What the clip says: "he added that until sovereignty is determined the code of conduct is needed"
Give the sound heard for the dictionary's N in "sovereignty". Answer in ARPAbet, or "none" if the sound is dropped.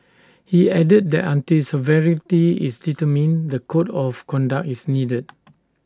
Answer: none